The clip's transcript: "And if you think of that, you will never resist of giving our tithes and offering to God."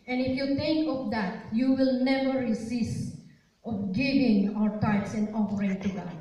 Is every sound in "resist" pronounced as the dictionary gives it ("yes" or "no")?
no